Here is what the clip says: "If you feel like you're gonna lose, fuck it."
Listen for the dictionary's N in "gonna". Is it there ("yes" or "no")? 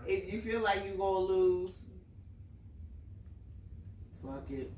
no